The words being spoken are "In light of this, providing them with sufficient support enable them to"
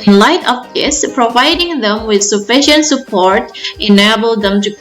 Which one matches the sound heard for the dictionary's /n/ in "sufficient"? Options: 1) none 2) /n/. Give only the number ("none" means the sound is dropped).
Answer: 2